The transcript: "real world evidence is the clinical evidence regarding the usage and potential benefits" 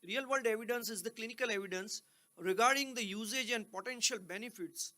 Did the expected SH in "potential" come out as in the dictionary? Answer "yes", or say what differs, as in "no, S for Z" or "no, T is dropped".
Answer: yes